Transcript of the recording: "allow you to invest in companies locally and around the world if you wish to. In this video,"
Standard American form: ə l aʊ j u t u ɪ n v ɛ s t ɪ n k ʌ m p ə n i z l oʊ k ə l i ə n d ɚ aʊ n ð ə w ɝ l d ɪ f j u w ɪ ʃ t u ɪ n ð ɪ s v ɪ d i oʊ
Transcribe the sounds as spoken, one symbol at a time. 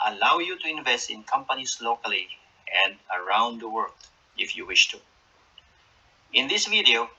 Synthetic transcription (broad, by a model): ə l aʊ j u t u ɪ n v ɛ s t ɪ n k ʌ m p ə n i s l oʊ k ə l i ə n d ɚ aʊ n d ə w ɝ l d ɪ f j u w ɪ ʃ t u ɪ n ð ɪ s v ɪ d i oʊ